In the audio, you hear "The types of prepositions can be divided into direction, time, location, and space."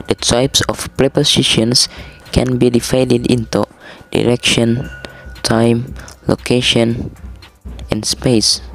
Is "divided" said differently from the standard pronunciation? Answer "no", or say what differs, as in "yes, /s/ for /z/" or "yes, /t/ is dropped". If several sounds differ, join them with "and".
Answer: yes, /f/ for /v/